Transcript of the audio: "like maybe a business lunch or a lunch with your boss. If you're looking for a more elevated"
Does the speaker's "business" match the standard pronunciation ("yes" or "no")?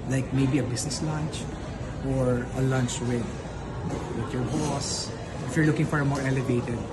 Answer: no